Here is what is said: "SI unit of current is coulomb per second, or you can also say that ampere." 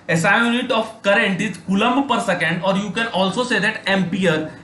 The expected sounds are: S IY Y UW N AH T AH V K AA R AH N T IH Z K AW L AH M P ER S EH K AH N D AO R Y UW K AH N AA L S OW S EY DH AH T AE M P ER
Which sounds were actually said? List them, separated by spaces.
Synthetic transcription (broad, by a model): S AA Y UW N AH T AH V K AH R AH N T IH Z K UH L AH M P ER S EH K AH N D AO R Y UW K AH N AA L S OW S EY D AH T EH M P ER